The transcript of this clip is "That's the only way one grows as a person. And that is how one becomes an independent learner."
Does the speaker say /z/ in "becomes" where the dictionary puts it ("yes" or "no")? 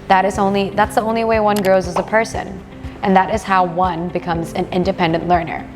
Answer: yes